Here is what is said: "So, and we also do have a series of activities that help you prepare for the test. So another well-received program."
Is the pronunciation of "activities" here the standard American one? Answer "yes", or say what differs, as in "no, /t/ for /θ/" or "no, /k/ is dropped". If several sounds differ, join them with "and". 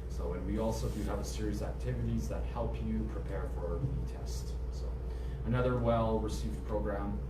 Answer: yes